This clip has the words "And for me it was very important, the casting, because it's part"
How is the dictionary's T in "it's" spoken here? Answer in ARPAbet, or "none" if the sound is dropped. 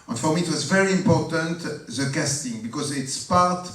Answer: T